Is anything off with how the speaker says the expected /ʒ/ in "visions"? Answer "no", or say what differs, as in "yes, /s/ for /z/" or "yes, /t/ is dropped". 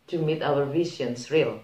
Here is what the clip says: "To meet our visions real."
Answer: yes, /s/ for /ʒ/